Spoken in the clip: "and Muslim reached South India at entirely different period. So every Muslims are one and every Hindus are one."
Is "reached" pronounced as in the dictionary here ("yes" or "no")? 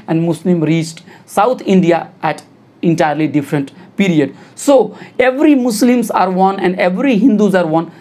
yes